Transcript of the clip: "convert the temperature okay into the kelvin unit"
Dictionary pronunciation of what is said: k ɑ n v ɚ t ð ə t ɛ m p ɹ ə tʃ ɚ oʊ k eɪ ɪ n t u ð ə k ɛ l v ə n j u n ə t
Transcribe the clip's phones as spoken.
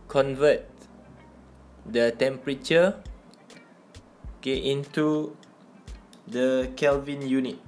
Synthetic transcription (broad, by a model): k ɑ n v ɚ t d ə t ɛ m p ɹ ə tʃ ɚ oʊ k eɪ ɪ n t u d ə k ɛ l v ə n j u n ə t